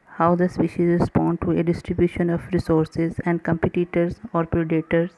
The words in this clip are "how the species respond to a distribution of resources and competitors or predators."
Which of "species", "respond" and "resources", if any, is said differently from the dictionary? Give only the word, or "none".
none